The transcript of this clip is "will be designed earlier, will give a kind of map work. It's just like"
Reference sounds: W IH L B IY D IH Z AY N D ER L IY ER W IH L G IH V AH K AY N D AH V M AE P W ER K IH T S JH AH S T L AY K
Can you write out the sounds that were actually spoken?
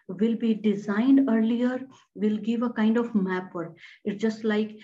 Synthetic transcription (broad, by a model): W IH L B IY D IH Z AY N D ER L IY ER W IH L G IH V AH K AY N D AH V M AE P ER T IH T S JH AH S T L AY K